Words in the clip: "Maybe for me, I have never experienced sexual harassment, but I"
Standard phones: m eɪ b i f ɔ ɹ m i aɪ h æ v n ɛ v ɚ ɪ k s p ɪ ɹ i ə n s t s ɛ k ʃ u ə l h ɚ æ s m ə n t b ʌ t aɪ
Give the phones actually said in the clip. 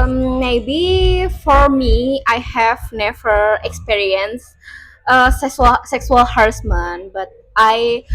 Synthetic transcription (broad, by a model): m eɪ b i f ɔ ɹ m i aɪ h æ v n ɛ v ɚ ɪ k s p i ɹ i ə n s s s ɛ k s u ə l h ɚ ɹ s m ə n b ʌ t aɪ